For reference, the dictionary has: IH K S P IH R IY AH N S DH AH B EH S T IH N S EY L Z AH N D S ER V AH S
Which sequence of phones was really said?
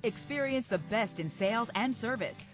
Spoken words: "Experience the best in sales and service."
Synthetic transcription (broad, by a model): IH K S P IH R IY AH N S DH AH B EH S T IH N S EY L Z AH N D S ER V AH S